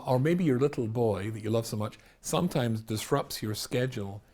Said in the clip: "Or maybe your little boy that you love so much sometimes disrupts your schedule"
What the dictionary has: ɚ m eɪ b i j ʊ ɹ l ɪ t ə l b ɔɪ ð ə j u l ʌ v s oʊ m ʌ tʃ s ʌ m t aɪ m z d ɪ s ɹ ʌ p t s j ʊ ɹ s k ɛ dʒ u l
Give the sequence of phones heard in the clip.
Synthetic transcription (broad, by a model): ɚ m eɪ b i j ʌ ɹ l ɪ t l b ɔɪ ð ə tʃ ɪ l ʌ v s oʊ m ʌ tʃ s ʌ m t aɪ m z d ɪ s ɹ ʌ p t s j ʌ ɹ s k ɛ dʒ l